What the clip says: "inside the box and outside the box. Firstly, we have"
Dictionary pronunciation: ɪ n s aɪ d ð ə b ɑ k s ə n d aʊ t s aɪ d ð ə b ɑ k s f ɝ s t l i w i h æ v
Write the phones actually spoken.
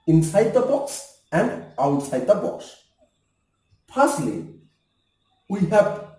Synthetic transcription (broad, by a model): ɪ n s aɪ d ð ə b ɑ k s ə n d aʊ t s aɪ d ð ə b ɑ k s p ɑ s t l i w i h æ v